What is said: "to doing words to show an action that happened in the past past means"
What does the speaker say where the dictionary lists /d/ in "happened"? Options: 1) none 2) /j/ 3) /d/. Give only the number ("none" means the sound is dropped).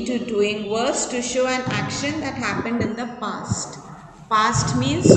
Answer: 3